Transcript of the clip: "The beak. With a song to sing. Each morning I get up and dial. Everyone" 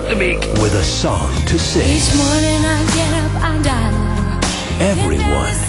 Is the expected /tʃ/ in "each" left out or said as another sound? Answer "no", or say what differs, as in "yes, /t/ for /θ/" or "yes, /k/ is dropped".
yes, /s/ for /tʃ/